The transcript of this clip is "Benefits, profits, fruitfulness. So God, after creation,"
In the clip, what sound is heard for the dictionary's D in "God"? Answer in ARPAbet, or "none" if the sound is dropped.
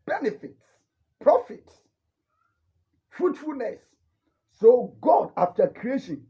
D